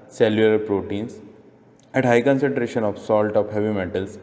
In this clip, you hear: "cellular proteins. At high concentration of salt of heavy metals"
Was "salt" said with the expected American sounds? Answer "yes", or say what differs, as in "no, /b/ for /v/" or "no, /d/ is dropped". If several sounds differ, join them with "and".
yes